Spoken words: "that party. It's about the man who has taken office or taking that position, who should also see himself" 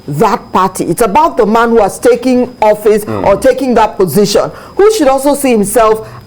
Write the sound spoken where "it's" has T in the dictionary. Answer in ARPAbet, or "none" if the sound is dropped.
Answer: T